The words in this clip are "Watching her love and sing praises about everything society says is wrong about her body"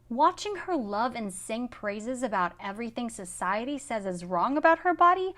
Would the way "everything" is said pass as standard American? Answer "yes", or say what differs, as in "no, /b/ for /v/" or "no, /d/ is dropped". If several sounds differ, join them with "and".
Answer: yes